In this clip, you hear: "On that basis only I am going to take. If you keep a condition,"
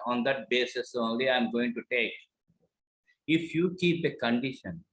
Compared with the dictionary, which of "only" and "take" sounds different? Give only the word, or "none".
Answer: none